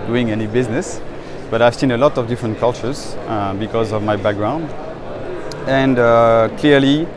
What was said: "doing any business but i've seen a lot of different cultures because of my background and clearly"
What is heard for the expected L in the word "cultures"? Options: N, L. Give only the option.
L